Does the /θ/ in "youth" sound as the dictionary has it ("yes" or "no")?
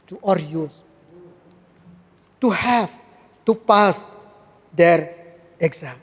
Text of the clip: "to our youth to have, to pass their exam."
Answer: no